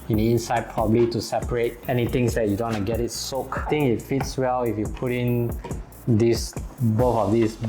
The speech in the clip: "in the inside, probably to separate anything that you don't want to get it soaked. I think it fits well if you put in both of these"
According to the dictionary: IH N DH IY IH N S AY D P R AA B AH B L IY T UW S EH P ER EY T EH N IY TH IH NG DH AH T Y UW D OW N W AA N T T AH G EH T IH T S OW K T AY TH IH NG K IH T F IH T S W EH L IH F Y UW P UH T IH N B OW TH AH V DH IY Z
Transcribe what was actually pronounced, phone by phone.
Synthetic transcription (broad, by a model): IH N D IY IH N S AY D P R AA B AH B L IY T UW S EH P ER EY T EH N IY T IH NG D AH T Y UW D OW N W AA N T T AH G EH T IH T S OW K T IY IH NG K IH T F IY T S W EH L IH F Y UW P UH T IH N B OW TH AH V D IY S